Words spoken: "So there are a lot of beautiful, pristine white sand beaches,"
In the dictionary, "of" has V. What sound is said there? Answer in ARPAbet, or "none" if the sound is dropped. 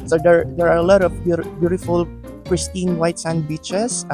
B